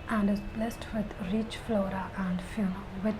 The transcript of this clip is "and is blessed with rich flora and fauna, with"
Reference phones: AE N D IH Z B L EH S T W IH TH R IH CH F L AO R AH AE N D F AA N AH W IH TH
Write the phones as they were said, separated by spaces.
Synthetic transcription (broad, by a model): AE N D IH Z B L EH S T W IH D R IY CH F L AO R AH AE N D F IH L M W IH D